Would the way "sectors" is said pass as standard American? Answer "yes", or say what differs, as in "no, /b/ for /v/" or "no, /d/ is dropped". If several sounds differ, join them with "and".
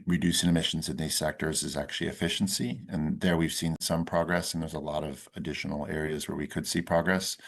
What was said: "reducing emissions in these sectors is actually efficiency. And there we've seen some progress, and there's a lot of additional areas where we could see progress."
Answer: yes